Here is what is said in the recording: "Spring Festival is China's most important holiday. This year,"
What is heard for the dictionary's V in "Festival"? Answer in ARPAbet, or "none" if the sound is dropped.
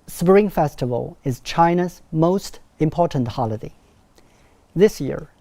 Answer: V